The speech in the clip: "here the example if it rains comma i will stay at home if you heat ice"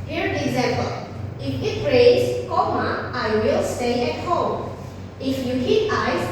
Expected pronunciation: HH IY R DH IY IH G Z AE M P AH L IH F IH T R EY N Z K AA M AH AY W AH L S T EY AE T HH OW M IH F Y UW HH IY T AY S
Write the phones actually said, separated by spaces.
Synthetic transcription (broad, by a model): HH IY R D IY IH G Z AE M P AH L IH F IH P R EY Z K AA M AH AY W AH L S T EY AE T HH OW M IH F Y UW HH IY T AY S